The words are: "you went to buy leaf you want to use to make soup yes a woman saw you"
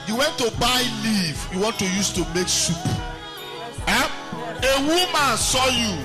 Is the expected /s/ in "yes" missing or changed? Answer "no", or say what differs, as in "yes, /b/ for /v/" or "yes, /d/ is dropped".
yes, /s/ is dropped